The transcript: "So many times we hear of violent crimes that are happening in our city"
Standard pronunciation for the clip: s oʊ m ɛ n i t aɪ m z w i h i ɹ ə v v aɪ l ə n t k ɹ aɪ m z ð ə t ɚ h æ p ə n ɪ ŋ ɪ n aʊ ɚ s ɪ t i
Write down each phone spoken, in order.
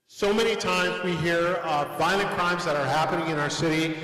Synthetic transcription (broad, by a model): s oʊ m ɛ n i t aɪ m z w i h i ɹ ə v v aɪ l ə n k ɹ aɪ m z ð ə t ɚ h æ p ə n ɪ ŋ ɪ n aʊ ɚ s ɪ t i